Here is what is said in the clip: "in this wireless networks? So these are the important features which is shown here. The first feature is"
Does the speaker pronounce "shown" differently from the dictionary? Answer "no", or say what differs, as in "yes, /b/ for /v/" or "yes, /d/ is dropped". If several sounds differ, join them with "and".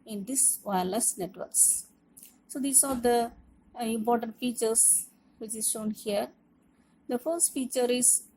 no